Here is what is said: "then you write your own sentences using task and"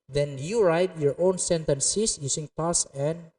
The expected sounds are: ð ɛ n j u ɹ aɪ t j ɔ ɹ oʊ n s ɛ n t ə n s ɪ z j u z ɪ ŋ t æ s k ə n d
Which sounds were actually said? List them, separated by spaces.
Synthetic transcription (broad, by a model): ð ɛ n j u ɹ aɪ t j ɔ ɹ oʊ n s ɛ n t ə n s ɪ s j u s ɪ ŋ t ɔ s ə n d